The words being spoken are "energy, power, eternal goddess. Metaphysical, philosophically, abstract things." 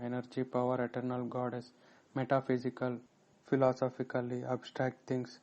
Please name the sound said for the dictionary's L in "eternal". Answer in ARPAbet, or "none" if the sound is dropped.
L